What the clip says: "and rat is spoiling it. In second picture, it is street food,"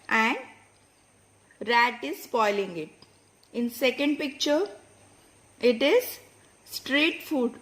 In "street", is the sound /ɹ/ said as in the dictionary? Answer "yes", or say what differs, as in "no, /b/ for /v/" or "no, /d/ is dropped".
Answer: yes